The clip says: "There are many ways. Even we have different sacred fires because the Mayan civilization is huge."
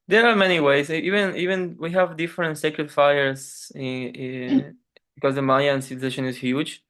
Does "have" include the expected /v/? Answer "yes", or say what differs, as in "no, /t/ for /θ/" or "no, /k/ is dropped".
yes